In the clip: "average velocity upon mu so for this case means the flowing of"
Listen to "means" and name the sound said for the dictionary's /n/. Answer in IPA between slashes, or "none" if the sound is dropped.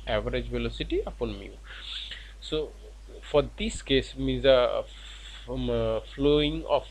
none